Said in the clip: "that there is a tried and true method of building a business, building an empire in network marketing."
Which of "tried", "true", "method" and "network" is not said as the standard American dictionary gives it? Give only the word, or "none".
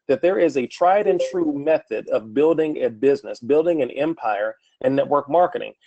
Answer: none